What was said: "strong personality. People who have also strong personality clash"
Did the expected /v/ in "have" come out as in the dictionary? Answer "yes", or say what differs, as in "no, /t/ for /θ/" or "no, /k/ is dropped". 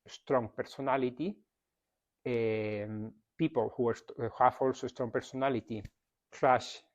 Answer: no, /f/ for /v/